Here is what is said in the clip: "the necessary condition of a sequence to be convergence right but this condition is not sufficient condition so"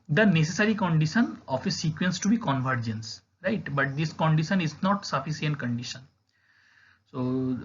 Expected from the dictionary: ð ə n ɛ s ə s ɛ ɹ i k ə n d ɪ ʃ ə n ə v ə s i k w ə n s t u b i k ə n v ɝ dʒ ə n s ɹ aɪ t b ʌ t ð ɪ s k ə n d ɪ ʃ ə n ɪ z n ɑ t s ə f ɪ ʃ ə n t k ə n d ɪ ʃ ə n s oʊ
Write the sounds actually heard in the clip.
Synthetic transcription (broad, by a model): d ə n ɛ s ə s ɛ ɹ i k ə n d ɪ ʃ ə n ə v ə s i k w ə n s t u b i k ə n v ɝ dʒ ə n s ɹ aɪ t b ʌ t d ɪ s k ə n d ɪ ʃ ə n ɪ z n ɑ t s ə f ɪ s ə n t k ə n d ɪ ʃ ə n s oʊ